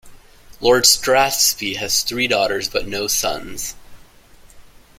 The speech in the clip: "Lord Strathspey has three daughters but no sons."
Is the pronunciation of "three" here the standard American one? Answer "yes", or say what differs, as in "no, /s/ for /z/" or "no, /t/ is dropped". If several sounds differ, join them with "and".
yes